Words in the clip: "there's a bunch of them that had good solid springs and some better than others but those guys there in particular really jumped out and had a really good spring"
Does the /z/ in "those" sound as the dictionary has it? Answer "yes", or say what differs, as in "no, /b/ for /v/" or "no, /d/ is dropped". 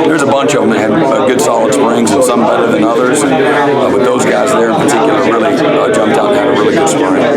yes